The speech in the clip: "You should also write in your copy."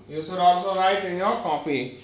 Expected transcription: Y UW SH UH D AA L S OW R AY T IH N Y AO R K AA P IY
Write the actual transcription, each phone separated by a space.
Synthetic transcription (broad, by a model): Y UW S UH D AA S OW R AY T IH N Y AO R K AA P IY